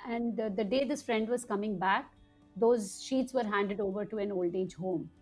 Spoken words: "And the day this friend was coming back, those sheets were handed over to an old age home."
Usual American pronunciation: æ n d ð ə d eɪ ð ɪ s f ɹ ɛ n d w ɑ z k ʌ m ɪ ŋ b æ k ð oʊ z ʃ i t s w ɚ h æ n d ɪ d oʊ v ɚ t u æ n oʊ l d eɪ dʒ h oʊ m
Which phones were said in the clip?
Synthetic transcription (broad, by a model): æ n d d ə d eɪ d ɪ s f ɹ ɛ n d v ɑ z k ʌ m ɪ ŋ b æ k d oʊ z ʃ i t s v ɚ h æ n d ɪ d oʊ v ɚ t u æ n oʊ l d eɪ dʒ h oʊ m